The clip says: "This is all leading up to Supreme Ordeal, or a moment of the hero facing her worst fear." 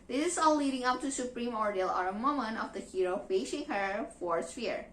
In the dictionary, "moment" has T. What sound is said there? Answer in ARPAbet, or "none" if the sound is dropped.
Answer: none